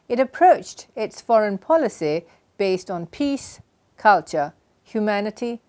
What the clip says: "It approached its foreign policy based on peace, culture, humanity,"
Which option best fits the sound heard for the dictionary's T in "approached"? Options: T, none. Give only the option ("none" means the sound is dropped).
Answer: T